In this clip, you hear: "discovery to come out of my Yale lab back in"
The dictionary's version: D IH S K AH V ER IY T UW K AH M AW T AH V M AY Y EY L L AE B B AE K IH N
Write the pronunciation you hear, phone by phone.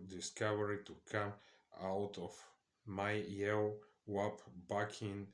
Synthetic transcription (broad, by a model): D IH S K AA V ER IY T UW K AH M AW T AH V M AY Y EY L W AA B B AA K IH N